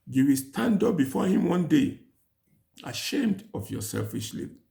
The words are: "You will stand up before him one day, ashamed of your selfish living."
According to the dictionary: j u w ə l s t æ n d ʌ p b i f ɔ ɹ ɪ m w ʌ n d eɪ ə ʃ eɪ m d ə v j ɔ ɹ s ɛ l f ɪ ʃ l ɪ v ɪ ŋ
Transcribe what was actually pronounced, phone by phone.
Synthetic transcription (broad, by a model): j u w ə l s t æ n d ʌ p b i f ɔ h ɪ m w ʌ n d eɪ ə ʃ eɪ m d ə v j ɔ s ɛ l f ɪ ʃ l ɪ